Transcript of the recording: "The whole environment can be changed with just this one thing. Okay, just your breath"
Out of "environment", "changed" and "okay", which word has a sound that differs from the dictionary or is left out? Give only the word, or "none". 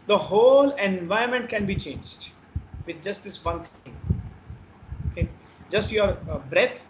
environment